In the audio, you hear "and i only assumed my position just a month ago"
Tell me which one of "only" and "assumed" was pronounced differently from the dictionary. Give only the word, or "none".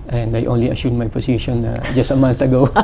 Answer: assumed